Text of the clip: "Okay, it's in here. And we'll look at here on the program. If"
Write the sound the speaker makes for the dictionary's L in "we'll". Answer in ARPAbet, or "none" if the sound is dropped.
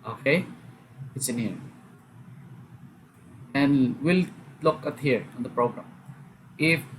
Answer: L